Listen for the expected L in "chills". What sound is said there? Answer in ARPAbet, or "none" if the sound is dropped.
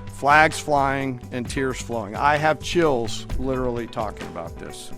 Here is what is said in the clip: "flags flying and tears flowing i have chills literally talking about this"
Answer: L